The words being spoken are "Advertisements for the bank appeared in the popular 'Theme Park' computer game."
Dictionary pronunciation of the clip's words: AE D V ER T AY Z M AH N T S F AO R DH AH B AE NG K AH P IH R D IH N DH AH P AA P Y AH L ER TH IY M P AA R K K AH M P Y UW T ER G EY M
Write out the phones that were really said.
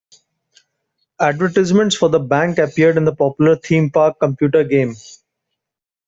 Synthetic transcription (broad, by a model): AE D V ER T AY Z M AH N T S F AO R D AH B AE NG K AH P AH R D IH N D AH P AA P Y AH L ER T IY M P AA R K K AH M P Y UW T ER G EY M